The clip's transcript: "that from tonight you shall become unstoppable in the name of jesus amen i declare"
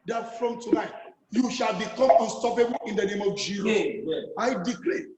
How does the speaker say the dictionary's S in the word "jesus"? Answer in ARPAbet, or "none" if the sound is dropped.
none